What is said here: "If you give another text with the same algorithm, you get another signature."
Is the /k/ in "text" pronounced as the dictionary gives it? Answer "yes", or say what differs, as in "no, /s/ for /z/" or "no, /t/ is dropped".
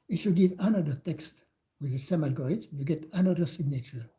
yes